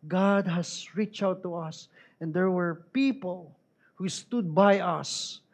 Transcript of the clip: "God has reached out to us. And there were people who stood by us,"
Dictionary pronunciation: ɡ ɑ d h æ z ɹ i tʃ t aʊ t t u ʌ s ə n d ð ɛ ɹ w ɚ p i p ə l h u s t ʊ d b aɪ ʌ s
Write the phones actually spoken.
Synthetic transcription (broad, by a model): ɡ ɑ d h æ s ɹ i tʃ aʊ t t u ʌ s ə n d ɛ ɹ w ɚ p i p ə l h u s t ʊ d b aɪ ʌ s